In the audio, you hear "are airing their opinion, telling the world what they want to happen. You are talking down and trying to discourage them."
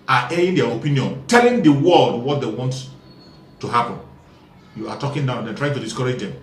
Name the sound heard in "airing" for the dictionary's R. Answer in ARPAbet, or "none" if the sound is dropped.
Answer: none